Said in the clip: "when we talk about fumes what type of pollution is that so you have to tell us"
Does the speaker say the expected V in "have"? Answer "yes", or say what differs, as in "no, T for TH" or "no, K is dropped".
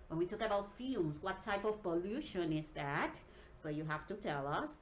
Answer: no, F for V